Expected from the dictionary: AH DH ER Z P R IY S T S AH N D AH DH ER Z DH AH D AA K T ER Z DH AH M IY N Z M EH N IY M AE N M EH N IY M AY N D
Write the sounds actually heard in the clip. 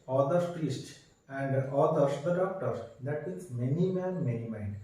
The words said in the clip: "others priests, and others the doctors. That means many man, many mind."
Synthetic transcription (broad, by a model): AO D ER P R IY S T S AH N D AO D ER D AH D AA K T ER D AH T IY Z M EH N IY M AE N M EH N IY M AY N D